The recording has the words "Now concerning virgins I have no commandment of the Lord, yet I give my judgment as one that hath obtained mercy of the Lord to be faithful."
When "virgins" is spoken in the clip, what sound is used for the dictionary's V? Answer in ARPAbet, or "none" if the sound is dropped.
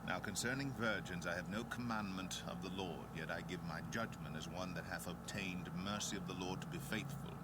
V